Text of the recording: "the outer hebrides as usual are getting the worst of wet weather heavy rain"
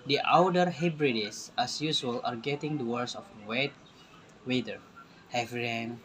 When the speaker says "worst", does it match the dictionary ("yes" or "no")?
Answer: no